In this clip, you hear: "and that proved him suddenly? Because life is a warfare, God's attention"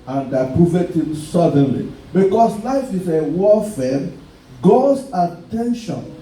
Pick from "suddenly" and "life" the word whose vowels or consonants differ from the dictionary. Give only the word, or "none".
none